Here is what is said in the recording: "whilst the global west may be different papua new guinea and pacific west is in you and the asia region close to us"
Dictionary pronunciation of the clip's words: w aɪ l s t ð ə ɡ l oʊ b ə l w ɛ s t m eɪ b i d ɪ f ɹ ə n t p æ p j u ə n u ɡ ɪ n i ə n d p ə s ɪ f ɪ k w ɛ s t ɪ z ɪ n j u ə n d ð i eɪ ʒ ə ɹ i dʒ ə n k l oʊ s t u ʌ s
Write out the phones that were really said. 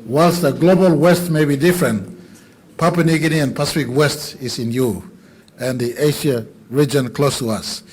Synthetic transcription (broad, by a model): w aɪ l s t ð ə ɡ l oʊ b ə l w ɛ s t m eɪ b i d ɪ f ɹ ə n t p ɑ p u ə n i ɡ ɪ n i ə n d p ə s ɪ f ɪ k w ɛ s t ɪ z ɪ n j u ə n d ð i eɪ ʃ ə ɹ i dʒ ə n k l oʊ s t u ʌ s